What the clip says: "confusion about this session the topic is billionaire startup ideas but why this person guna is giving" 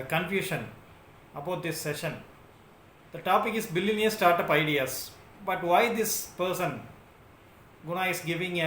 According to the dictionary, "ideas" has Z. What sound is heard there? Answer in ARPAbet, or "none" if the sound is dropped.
S